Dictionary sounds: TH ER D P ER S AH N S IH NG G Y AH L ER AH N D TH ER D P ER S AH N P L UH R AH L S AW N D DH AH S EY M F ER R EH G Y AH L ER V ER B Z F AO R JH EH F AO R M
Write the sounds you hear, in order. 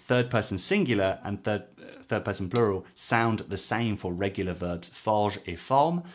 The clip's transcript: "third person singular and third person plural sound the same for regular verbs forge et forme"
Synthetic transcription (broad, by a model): TH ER D P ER S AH N S IH NG G Y L ER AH N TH TH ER D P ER S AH N P L UH R AH L S AW N DH AH S EY M F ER R EH G Y L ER V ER B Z F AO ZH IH F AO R M